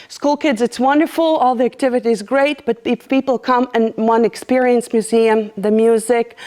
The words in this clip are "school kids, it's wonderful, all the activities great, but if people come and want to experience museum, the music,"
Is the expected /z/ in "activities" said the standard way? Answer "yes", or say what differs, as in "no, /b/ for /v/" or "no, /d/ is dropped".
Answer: yes